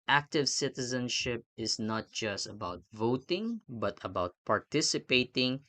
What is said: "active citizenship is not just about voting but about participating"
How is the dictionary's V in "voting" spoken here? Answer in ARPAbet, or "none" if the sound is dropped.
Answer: V